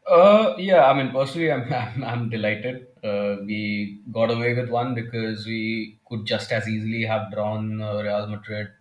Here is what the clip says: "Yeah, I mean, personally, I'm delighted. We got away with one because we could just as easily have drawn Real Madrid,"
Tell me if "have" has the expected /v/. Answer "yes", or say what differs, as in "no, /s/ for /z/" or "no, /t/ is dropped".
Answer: yes